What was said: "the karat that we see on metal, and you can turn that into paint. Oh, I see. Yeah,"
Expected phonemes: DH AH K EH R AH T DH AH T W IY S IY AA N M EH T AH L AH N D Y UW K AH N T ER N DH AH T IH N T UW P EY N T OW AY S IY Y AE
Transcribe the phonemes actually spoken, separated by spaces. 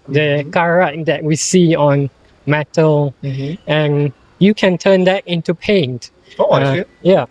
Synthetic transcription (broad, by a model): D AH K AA R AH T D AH T W IY S IY AA N M EH T AH L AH N Y UW K AH N T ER N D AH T IH N T UW P EY N T OW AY Y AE